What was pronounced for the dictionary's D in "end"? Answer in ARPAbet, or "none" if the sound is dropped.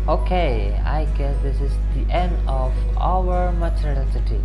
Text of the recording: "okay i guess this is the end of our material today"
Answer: D